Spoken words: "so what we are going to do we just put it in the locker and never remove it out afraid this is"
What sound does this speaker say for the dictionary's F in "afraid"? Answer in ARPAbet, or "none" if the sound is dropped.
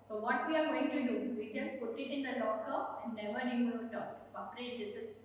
P